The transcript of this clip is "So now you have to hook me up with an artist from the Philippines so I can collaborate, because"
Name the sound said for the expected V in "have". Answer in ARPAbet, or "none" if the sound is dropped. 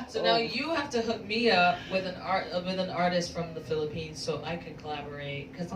F